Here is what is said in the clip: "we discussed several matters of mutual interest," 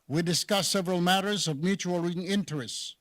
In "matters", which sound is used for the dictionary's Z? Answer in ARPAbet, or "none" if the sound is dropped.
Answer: Z